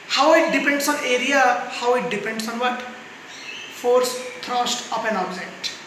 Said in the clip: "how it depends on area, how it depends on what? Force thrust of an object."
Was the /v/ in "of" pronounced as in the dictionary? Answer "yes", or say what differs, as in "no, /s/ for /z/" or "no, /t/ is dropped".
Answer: no, /p/ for /v/